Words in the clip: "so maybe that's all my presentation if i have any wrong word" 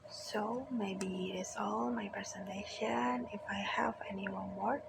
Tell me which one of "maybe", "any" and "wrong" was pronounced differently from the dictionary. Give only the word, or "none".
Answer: wrong